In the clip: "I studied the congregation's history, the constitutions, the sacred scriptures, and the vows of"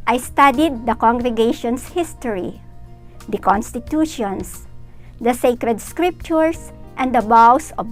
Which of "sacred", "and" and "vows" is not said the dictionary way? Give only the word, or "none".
vows